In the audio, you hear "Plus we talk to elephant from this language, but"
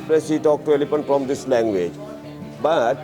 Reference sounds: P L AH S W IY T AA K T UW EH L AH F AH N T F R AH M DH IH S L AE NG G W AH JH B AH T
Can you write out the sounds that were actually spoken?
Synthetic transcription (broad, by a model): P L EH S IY T AA K T UW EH L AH P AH N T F R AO M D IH S L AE NG G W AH JH B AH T